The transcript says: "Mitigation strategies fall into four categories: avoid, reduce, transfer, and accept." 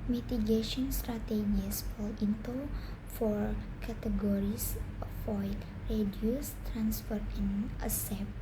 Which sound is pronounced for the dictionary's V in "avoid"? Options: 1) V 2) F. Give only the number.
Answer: 2